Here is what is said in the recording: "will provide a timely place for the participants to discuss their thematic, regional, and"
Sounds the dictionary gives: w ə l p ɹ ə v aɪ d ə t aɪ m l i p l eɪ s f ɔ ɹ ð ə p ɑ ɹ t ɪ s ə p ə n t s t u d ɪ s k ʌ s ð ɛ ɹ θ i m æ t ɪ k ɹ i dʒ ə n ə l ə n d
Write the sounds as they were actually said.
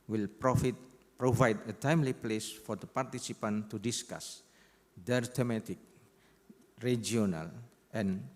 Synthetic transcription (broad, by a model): w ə l p ɹ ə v aɪ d ə t aɪ m l i p l eɪ s f ɔ ɹ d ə p ɑ ɹ t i s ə p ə n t t u d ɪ s k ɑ s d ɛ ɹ t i m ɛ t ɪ k ɹ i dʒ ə n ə l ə n